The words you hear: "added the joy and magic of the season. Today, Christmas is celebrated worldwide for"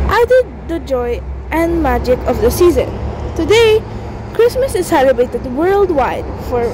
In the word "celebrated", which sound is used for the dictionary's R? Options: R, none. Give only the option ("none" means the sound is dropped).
none